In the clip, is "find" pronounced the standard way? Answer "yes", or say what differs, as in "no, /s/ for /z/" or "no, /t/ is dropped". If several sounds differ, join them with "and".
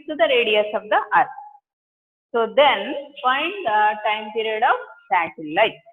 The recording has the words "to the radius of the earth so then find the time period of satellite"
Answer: no, /p/ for /f/